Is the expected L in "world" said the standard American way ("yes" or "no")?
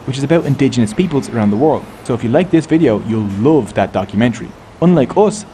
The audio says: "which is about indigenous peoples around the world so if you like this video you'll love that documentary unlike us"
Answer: yes